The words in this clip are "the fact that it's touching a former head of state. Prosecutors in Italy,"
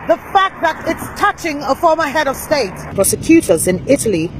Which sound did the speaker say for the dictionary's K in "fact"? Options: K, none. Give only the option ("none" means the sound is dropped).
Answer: K